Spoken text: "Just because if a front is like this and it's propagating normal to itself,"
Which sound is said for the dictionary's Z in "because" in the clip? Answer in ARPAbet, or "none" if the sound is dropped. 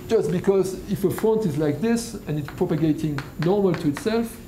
Z